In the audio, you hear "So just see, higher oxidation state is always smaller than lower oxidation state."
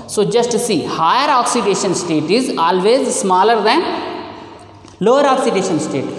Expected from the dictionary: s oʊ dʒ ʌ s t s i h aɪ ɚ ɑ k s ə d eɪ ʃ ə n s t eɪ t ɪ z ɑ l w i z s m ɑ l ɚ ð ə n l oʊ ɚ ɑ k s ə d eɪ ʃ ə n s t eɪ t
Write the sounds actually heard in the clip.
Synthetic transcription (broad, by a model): s oʊ dʒ ʌ s t s i h aɪ ɚ ɑ k s ə d eɪ ʃ ə n s t eɪ t ɪ z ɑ l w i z s m ɑ l ɚ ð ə n l oʊ ɚ ɑ k s ə d eɪ ʃ ə n s t eɪ t